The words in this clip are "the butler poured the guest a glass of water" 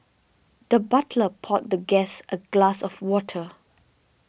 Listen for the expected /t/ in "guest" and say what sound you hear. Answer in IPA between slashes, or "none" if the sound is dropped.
/t/